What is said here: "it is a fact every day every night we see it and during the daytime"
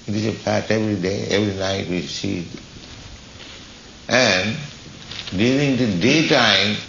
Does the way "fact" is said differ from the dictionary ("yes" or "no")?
yes